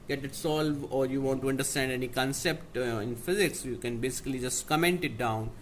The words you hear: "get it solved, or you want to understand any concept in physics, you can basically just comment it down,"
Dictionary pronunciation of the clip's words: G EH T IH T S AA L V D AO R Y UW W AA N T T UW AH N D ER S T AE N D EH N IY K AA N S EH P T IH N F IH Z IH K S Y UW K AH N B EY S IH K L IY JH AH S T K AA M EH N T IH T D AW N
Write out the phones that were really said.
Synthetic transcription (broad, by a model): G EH T IH T S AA L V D AO R Y UW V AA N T T UW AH N D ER S T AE N D EH N IY K AA N S EH P T IH N F IH Z IH K S Y UW K AH N B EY S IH K L IY JH AH S T K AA M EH N T IH T D AW N